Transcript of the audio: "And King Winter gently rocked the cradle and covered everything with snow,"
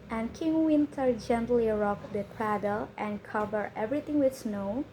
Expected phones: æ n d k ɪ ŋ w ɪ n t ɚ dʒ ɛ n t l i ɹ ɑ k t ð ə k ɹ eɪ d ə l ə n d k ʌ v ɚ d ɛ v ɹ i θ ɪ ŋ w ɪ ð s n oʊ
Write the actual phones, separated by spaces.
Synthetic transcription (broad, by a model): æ n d k ɪ ŋ w ɪ n t ɚ dʒ ɛ n t l i ɹ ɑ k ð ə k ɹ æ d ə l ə n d k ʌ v ɚ ɛ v ɹ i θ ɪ ŋ w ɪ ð s n oʊ